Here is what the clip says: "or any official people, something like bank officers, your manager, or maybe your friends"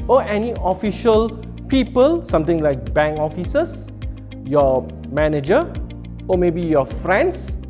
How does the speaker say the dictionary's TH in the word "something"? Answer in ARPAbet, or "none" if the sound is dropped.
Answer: T